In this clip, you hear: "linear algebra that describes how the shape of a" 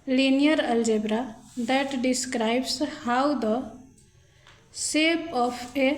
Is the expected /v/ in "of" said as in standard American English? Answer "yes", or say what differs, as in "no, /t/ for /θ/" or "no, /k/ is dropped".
no, /p/ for /v/